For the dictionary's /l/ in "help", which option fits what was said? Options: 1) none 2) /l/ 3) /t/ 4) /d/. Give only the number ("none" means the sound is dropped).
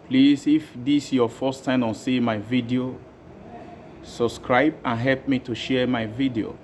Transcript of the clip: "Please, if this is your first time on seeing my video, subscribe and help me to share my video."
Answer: 2